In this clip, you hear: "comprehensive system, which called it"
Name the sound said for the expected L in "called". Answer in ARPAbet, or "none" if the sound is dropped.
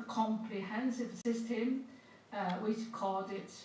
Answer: none